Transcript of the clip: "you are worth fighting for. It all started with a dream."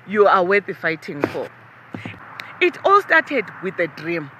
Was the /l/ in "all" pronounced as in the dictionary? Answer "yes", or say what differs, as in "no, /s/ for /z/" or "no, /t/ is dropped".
yes